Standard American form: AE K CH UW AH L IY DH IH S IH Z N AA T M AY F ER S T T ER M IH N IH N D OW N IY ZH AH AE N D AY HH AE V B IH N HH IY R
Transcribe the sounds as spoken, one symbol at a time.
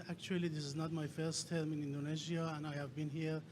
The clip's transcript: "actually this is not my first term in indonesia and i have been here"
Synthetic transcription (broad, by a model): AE K CH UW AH L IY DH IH S IH Z N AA T M AY F ER S T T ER M IH N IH N D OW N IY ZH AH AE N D AY HH AE V B IH N HH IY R